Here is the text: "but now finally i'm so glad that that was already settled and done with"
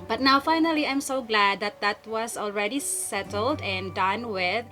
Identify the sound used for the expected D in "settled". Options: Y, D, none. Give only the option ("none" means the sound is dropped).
D